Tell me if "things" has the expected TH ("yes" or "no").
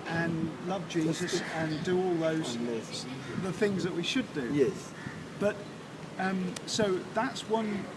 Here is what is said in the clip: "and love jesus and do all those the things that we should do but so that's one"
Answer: yes